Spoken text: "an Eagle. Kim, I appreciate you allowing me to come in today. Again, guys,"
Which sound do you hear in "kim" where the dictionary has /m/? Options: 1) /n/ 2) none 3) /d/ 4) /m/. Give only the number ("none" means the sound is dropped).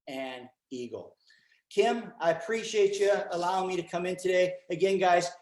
4